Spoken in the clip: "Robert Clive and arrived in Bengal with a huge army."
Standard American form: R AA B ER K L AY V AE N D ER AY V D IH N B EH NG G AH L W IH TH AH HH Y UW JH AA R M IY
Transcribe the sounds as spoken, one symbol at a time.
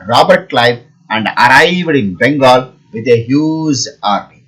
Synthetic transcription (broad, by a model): R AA B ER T L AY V AE N D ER AY V D IH N B EH NG G AH L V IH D AH HH Y UW Z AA R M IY